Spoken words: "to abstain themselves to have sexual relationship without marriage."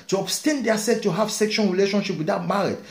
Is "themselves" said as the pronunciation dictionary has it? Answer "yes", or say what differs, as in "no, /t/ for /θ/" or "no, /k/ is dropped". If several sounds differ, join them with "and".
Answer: no, /m/ is dropped